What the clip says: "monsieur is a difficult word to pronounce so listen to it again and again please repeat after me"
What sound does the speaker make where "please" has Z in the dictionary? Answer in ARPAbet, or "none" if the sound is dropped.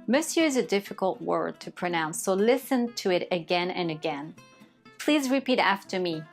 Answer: Z